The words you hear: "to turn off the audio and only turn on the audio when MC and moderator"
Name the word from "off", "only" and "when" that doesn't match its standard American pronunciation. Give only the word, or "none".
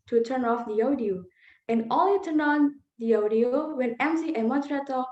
only